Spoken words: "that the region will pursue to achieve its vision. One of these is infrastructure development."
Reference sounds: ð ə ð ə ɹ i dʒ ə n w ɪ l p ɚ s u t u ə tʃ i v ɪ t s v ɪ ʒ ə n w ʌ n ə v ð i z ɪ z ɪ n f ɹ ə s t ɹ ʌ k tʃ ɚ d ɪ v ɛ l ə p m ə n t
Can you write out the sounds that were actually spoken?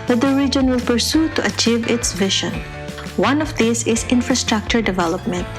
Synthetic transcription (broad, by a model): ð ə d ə ɹ i dʒ ə n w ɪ l p ɚ s u t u ə tʃ i v ɪ t s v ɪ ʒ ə n w ʌ n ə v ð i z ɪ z ɪ n f ɹ ə s t ɹ ʌ k tʃ ɚ d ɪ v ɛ l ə p m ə n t